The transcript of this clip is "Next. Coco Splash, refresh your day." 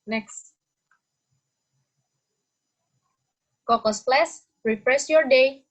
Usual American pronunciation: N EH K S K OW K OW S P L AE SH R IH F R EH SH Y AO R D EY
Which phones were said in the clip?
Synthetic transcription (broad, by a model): N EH K S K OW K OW S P L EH S R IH P R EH S Y AO R D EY